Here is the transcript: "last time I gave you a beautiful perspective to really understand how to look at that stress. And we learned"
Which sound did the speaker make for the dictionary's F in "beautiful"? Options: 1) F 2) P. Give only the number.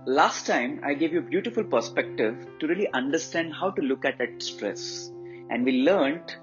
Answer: 1